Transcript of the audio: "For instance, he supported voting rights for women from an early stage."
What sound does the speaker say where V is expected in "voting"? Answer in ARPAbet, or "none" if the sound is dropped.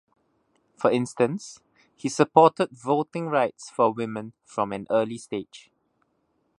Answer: V